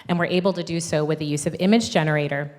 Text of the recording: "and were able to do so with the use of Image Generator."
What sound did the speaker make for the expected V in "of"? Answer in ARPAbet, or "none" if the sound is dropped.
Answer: V